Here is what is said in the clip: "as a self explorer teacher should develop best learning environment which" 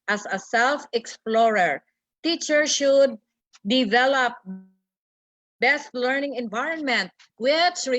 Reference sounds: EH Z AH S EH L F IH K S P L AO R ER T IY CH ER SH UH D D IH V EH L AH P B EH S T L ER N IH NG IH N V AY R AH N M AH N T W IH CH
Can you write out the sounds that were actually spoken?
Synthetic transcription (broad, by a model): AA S AH S EH L F IH K S P L AO R ER T IY CH ER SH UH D D IH V EH L AH P B EH S T L ER N IH NG IH N V AY R AH N M AH N T W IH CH